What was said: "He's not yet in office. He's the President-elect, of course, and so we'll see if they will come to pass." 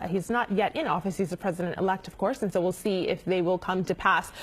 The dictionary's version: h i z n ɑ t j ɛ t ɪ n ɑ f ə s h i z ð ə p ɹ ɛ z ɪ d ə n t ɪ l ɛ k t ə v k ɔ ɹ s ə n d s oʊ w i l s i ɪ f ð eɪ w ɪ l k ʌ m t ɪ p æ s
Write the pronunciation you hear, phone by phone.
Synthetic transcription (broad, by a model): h i z n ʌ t j ɛ t ɪ n ɑ f ə s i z ð ə p ɹ ɛ z ɪ d ə n t ɪ l ɛ k t ə v k ɔ ɹ s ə n s oʊ w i l s i ɪ f ð eɪ w ɪ l k ʌ m t ɪ p æ s